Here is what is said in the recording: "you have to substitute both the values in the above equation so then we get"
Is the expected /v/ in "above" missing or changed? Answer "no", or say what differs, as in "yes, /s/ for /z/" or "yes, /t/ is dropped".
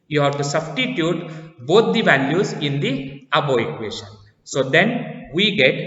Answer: yes, /v/ is dropped